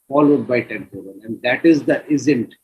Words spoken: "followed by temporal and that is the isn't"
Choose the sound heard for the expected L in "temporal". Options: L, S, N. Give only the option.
N